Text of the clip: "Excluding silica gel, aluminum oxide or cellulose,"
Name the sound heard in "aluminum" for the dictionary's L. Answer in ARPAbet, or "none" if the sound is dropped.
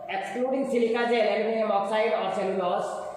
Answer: N